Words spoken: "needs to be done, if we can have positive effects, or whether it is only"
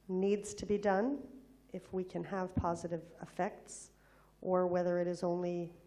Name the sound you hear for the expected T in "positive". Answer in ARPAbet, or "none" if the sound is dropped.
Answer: T